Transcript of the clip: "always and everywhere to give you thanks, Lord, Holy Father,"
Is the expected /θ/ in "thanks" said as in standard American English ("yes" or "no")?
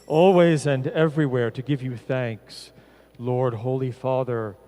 yes